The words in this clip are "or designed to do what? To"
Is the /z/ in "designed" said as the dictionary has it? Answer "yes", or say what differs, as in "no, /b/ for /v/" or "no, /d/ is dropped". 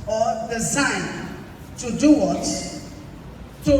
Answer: no, /s/ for /z/